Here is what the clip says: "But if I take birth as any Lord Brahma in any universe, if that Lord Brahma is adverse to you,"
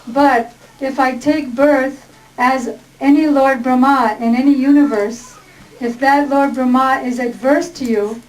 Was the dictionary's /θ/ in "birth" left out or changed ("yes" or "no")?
no